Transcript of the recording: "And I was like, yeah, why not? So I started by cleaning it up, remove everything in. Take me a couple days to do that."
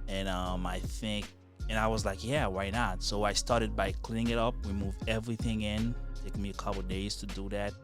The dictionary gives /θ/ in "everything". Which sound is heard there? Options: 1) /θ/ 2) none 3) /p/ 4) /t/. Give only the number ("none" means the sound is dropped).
1